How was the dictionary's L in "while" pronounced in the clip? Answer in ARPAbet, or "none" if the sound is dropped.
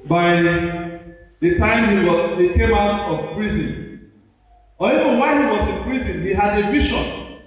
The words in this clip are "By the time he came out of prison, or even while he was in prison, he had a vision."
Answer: N